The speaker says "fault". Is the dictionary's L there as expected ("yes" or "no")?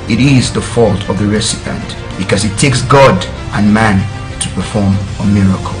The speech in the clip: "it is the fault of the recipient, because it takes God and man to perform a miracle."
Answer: yes